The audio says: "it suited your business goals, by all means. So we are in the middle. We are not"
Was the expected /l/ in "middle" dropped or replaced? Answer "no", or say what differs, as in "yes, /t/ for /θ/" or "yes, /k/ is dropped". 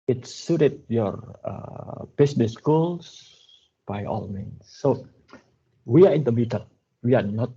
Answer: yes, /n/ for /l/